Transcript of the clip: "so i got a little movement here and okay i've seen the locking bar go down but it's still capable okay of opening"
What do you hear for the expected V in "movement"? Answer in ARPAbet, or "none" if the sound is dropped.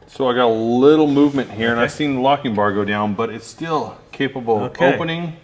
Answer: V